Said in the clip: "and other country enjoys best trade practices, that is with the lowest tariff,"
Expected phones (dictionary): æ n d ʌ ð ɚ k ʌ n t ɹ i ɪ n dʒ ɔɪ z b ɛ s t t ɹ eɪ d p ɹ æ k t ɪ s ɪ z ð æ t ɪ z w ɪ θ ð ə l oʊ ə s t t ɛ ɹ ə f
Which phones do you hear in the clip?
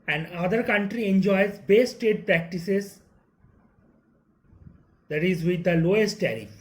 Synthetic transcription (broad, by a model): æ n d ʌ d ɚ k ʌ n t ɹ i ɪ n dʒ ɔɪ z b ɛ s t t eɪ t p ɹ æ k t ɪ s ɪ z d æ t ɪ z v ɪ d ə l oʊ ə s t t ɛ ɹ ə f